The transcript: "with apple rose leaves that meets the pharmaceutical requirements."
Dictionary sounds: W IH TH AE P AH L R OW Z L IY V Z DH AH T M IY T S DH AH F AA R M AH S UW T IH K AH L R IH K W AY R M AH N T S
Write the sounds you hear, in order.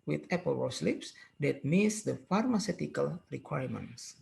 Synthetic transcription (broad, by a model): W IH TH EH P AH L W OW S L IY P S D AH T M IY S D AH F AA R M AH S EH T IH K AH L R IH K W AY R M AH N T S